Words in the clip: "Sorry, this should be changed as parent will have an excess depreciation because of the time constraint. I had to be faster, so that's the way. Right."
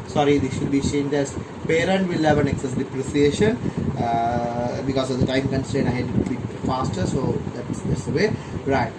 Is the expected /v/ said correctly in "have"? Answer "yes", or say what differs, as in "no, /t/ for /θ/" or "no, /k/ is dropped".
yes